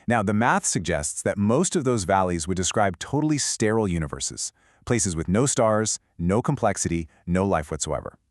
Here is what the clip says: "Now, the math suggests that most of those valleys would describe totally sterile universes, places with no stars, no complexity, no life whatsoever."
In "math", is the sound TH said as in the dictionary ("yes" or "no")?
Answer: yes